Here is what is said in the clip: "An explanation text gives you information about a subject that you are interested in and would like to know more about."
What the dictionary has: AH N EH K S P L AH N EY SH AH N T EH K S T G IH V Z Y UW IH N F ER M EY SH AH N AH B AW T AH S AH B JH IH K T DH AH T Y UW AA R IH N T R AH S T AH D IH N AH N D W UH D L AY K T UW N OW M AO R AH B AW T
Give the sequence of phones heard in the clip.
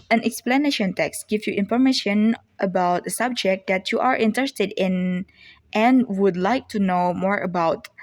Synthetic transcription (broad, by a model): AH N EH K S P L AH N EY SH AH N T EH K S T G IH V Y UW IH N F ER M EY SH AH N AH B AW T AH S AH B JH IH K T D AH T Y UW AA R IH N T R AH S T AH D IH N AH N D W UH D L AY K T UW N OW M AO R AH B AW T